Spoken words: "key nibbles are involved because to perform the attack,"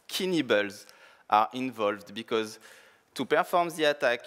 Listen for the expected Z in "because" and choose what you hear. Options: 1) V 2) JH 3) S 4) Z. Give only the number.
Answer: 4